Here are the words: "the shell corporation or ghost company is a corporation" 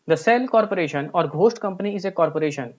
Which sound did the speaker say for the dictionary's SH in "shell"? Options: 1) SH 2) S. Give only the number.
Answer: 2